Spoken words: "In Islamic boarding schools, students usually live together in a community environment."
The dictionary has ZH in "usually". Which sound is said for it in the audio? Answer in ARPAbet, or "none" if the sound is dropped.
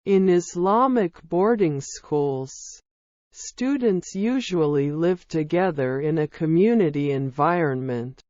ZH